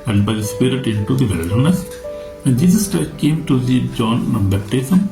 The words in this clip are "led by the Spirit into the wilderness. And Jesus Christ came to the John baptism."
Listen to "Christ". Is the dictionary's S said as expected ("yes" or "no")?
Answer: no